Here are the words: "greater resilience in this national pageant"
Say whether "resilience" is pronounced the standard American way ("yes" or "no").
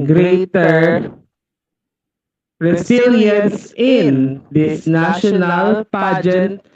no